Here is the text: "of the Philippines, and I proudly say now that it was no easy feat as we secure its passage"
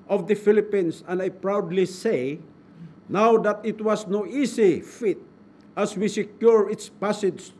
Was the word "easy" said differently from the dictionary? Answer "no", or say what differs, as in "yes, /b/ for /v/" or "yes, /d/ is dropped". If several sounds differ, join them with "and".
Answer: yes, /s/ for /z/